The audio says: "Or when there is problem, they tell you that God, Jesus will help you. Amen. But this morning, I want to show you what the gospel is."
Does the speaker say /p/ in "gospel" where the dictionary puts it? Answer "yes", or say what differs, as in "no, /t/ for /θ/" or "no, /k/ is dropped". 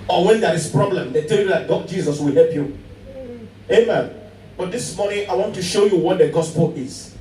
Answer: yes